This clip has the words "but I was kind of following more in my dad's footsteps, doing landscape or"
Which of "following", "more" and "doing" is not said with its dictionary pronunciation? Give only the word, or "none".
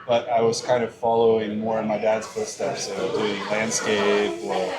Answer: none